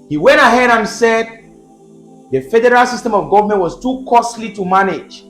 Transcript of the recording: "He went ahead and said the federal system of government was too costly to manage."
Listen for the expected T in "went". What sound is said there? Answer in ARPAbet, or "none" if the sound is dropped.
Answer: T